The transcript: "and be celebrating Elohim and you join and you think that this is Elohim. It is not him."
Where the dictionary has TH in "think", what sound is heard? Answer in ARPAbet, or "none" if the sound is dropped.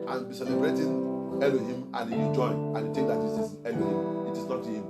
T